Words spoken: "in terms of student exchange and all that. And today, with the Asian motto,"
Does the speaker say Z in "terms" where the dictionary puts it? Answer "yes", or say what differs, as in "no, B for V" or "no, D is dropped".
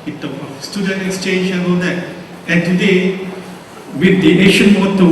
no, Z is dropped